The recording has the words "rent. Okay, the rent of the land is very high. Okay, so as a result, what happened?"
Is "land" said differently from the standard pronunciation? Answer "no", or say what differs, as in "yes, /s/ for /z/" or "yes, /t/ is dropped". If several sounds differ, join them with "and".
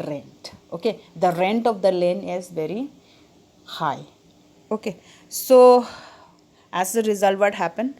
yes, /d/ is dropped